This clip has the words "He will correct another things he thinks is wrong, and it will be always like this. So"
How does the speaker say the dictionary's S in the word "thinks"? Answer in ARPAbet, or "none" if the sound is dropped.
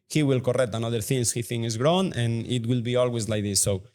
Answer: none